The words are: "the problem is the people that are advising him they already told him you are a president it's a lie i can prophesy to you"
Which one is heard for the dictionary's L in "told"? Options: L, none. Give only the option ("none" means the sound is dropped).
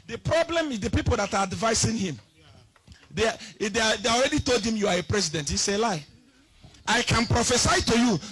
L